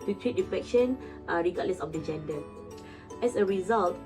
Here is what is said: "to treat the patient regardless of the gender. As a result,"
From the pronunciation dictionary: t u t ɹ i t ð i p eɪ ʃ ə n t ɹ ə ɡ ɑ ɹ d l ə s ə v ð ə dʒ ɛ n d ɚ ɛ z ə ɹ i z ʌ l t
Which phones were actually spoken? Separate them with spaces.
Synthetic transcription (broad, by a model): t u t ɹ i t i f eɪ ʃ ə n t ɹ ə ɡ ɑ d l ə s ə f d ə dʒ ɛ n d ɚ ɛ s ə ɹ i z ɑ l t